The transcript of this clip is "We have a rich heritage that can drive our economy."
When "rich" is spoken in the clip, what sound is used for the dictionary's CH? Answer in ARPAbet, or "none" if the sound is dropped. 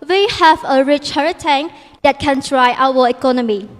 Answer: CH